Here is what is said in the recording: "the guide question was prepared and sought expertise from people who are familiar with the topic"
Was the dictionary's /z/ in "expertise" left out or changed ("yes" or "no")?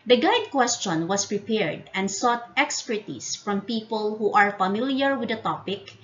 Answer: yes